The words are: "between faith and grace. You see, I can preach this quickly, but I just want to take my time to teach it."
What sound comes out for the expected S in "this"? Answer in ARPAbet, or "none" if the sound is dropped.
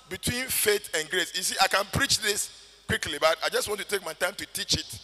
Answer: S